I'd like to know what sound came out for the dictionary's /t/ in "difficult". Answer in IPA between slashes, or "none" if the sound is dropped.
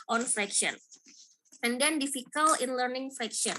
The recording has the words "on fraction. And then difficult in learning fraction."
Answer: none